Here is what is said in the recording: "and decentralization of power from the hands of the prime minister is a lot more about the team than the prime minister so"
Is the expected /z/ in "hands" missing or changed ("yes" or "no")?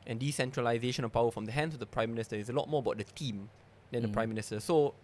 yes